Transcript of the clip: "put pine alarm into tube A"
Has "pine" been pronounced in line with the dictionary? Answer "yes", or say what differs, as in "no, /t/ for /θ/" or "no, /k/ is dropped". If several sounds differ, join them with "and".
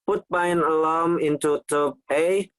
no, /b/ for /p/